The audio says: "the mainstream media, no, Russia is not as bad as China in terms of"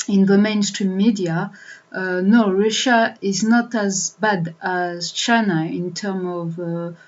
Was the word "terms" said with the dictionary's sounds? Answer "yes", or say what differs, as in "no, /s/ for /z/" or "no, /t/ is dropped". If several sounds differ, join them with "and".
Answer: no, /z/ is dropped